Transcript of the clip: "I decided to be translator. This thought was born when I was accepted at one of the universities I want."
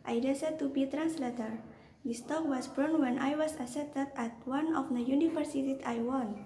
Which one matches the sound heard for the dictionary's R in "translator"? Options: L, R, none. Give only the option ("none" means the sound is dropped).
R